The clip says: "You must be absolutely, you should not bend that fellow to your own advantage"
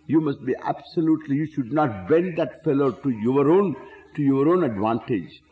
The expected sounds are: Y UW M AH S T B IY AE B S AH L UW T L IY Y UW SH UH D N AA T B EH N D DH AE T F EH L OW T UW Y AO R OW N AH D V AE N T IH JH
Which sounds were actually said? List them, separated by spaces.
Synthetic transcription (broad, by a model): Y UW M AH S T B IY AE B S AH L UW T L IY Y UW SH UH D N AA T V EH N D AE T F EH L OW T UW Y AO R OW N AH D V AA N T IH JH